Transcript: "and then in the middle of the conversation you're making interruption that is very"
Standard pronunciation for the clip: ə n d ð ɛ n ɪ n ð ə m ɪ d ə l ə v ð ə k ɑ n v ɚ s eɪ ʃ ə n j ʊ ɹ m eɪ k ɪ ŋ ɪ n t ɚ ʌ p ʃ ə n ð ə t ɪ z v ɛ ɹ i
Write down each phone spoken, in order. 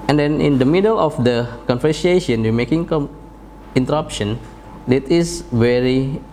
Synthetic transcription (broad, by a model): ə n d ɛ n ɪ n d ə m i d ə l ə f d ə k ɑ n f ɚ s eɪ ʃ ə n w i m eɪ k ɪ ŋ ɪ n t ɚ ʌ p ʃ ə n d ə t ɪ s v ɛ ɹ i